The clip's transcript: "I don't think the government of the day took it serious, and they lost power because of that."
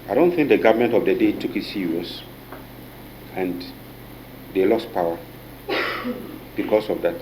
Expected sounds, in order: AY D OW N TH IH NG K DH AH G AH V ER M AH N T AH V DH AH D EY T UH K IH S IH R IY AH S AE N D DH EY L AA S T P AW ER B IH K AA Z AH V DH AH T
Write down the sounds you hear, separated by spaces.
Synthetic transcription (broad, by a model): AY D OW N TH IH NG K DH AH G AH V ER M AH N T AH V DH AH D EY T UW K IH S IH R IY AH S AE N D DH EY L AA S T P AW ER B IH K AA S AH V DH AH T